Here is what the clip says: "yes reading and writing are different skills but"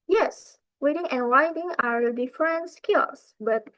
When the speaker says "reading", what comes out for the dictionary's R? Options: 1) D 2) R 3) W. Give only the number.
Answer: 3